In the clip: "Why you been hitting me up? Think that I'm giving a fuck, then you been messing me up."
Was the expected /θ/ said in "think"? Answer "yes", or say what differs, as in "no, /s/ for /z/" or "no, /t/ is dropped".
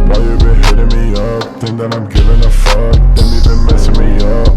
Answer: no, /t/ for /θ/